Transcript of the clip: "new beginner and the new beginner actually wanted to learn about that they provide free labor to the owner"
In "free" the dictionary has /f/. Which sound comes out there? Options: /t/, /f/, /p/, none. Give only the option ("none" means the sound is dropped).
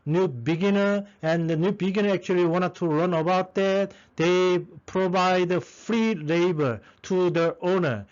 /f/